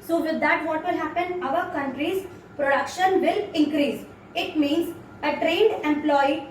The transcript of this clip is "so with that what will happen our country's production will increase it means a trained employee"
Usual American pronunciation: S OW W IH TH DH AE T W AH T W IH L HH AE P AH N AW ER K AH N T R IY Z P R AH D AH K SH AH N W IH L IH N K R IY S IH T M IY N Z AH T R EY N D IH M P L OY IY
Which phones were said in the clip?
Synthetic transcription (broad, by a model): S OW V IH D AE T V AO T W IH L HH AE P AH N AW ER K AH N T R IY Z P R AH D AH K SH AH N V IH L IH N K R IY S IH T M IY N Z AH T R EY N D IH M P L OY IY